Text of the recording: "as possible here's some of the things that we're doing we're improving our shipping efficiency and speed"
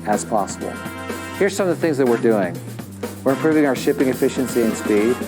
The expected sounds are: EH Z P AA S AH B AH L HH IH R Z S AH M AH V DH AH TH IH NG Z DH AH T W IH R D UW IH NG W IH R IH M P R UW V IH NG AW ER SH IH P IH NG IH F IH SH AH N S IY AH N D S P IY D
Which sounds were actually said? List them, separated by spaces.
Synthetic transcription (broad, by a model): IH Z P AA S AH B L HH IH R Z S AH M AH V DH AH TH IH NG Z DH AH T W IH R D UW IH NG W IH R IH M P R UW V IH NG AW ER SH IH P IH NG IH F IH SH AH N S IY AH N S P IY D